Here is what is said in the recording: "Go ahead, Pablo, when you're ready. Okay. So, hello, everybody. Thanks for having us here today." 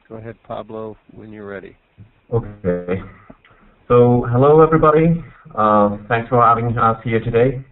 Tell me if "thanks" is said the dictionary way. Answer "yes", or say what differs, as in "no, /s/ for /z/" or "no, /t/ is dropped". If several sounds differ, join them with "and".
yes